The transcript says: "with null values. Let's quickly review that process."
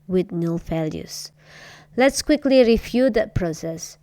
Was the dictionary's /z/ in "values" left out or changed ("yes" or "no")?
yes